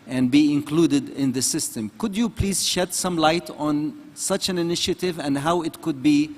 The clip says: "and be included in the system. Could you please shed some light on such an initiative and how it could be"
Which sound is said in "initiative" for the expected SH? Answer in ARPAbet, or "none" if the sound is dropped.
SH